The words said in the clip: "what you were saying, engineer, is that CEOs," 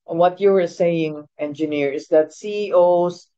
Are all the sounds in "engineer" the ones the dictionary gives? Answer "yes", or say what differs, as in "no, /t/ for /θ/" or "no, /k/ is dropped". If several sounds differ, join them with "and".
yes